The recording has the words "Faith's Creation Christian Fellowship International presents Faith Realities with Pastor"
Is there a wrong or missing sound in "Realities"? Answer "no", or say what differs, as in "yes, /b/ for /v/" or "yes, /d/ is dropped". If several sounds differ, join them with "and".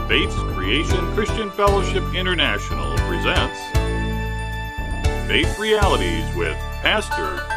no